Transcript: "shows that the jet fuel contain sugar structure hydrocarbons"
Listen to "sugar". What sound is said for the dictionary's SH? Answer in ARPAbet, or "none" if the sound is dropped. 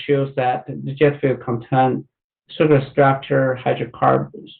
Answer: S